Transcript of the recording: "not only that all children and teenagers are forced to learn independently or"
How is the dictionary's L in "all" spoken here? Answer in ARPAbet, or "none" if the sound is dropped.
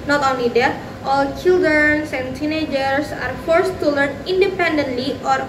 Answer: L